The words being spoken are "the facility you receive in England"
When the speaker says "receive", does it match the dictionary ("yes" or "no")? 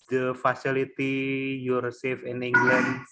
no